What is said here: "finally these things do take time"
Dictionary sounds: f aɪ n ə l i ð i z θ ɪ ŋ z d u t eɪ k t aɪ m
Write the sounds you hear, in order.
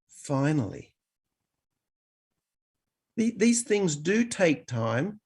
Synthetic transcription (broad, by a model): f aɪ n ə l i ð i z θ ɪ ŋ z d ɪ t eɪ k t aɪ m